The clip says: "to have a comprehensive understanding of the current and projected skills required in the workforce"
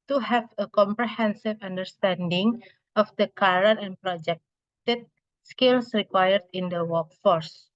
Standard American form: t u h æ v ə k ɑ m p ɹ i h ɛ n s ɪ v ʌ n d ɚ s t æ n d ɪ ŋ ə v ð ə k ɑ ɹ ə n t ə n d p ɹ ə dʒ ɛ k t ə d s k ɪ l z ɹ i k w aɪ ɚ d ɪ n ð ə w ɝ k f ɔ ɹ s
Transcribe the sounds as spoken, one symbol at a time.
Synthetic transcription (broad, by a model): t u h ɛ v ə k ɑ m p ɹ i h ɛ n s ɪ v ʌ n d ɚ s t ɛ n d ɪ ŋ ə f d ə k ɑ ɹ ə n ə n p ɹ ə dʒ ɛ k t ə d s k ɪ l s ɹ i k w aɪ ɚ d ɪ n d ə w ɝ k f ɔ ɹ s